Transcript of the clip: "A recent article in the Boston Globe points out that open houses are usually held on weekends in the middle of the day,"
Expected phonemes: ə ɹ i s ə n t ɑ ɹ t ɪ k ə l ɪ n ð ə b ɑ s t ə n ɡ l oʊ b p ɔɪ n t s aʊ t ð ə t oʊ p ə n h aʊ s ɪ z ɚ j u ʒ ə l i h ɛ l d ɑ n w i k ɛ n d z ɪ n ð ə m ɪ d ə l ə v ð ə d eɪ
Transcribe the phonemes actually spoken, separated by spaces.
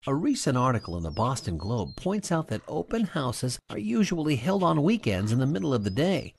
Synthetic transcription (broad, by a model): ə ɹ i s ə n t ɑ ɹ t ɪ k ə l ɪ n ð ə b ɑ s t ə n ɡ l oʊ b p ɔɪ n t s aʊ t ð ə t oʊ p ə n h aʊ s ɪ z ɚ j u ʒ ə l i h ɛ l d n w i k ɛ n d z ɪ n ð ə m ɪ d l ə v ð ə d eɪ